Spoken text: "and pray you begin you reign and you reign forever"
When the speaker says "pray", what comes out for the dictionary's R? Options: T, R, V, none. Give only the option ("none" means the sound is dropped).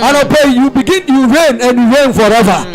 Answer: none